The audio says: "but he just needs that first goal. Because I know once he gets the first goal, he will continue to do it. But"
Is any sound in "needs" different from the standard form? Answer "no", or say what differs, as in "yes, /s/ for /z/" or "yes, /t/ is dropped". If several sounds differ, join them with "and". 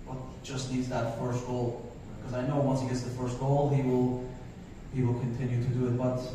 no